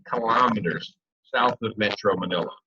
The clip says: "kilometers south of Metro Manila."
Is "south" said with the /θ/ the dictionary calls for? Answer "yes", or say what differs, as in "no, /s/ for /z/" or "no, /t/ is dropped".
yes